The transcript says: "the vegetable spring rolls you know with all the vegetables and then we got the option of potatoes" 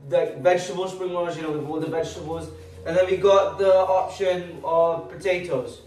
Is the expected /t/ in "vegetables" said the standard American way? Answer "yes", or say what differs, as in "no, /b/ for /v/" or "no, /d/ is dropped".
yes